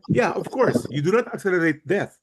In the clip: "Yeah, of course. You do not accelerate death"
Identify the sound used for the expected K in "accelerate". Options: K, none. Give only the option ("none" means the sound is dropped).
K